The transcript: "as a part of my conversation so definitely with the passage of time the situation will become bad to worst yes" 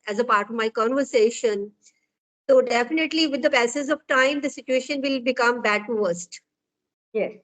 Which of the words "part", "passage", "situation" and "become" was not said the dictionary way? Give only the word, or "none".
passage